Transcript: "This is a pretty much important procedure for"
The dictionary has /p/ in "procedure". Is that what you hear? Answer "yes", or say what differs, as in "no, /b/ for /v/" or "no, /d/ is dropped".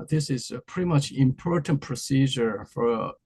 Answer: yes